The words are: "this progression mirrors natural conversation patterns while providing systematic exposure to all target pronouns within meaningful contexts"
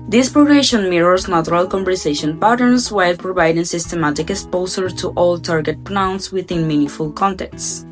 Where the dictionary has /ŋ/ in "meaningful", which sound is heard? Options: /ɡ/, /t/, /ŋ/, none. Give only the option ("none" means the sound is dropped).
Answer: none